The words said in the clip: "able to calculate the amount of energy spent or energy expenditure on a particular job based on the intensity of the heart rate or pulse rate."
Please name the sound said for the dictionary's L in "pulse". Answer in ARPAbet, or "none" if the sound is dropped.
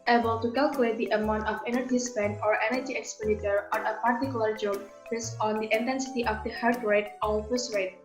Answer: none